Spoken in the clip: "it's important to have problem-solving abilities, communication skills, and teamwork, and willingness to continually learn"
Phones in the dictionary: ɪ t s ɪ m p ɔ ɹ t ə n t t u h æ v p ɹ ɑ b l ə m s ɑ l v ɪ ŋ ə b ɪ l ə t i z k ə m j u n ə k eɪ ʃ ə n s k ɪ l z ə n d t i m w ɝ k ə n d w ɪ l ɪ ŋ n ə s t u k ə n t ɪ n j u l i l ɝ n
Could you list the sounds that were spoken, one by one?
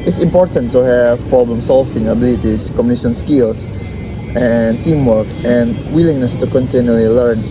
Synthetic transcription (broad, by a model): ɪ t s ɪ m p ɔ ɹ t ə n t t u h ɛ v p ɹ ɑ b l ə m s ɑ l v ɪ ŋ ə b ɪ l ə t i s k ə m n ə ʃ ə n s k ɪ l s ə n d t i m w ɝ k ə n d w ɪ l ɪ ŋ n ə s t u k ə n t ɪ n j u l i l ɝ n